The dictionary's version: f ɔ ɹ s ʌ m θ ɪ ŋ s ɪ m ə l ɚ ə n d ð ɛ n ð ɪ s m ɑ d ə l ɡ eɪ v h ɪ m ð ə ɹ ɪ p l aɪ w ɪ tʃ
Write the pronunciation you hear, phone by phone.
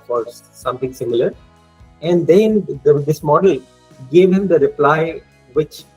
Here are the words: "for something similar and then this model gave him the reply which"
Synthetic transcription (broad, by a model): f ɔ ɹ s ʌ m t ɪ ŋ s ɪ m ə l ɚ ə n d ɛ n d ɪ s m ɑ d ə l ɡ eɪ v h ɪ m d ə ɹ ɪ p l aɪ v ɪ tʃ